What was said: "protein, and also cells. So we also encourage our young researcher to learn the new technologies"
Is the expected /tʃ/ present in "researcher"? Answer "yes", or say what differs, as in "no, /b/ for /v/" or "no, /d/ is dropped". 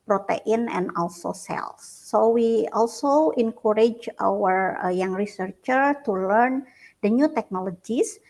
yes